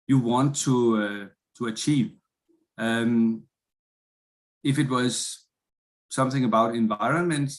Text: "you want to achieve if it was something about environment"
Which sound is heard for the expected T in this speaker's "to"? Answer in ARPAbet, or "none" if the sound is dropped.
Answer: T